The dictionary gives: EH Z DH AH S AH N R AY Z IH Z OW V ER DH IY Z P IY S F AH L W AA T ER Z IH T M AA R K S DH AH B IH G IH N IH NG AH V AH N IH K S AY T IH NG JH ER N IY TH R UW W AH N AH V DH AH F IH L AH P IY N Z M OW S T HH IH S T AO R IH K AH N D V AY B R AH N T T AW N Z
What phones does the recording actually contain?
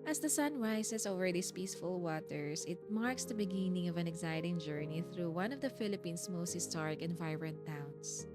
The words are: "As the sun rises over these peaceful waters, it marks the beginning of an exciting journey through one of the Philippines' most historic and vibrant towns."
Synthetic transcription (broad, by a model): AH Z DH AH S AH N R AY S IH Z OW V ER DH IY S P IY S F AH L W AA T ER S IH T M AA R K S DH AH B IH G IH N IH NG AH V AH N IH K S AY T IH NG JH ER N IY TH R UW W AH N AH V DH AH F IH L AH P IY N S M OW S T HH IH S T AO R IH K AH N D V AY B R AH N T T AW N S